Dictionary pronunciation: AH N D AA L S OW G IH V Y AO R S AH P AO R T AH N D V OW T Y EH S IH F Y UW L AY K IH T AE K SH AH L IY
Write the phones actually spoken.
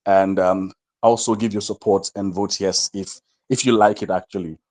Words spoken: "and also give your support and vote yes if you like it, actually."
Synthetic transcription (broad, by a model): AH N D AA L S OW G IH V Y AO S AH P AO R T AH N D V OW T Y EH S IH F Y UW L AY K IH T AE K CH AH L IY